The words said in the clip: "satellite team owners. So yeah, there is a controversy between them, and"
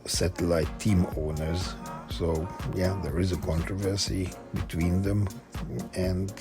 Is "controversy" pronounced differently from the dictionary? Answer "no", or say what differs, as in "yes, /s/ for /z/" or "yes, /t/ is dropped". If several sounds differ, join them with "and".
no